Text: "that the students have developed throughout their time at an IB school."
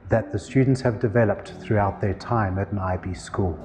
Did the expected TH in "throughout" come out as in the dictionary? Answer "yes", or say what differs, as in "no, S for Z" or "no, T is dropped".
yes